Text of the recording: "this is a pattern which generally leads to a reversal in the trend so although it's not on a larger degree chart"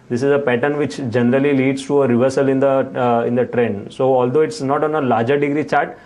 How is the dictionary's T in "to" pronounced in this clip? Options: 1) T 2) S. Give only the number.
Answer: 1